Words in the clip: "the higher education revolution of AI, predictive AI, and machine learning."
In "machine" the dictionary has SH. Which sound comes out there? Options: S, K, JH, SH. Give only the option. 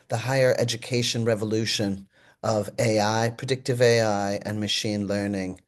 SH